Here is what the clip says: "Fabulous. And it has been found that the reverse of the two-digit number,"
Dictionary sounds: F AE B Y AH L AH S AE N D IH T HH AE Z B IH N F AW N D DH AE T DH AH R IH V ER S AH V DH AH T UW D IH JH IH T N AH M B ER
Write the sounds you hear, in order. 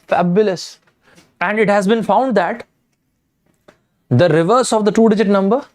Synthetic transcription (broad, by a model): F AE B Y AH L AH S AE N D IH T HH AE Z B IH N F AW N D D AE T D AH R IH V ER S AH V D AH T UW D IH JH IH T N AH M B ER